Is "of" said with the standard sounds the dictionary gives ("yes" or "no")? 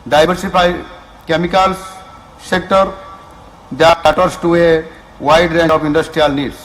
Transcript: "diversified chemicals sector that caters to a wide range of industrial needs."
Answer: no